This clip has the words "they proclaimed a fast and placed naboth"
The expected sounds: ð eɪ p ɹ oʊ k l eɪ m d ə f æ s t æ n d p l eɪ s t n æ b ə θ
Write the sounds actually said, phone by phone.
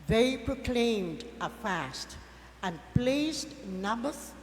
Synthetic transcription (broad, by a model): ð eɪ p ɹ oʊ k l eɪ m d ə f æ s t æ n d p l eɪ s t n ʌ b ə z